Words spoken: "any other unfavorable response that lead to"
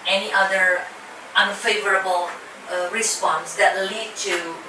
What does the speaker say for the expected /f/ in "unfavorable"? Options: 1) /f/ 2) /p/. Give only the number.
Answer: 1